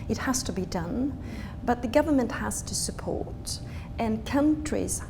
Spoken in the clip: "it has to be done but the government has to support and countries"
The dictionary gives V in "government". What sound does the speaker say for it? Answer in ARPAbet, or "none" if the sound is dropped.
V